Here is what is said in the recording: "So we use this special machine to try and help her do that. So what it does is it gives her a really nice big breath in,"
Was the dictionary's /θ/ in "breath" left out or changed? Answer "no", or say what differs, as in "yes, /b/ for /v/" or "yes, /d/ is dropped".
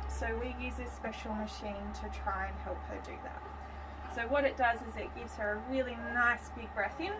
no